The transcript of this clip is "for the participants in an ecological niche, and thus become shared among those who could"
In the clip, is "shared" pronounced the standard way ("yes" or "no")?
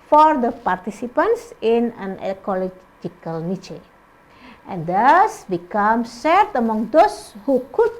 no